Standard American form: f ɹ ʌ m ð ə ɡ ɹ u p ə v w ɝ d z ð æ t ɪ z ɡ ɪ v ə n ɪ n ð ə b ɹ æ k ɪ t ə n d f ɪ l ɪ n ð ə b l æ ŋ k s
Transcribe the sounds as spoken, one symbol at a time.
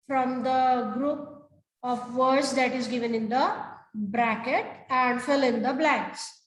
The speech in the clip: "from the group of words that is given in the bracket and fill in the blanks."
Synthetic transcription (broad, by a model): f ɹ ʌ m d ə ɡ ɹ u p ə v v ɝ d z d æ t ɪ z ɡ ɪ v ə n ɪ n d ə b ɹ æ k ɪ t ə n d f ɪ l ɪ n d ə b l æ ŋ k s